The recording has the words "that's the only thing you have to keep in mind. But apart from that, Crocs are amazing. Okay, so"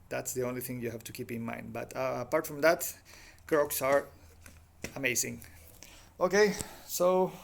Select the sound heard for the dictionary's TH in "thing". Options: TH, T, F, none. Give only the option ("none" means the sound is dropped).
TH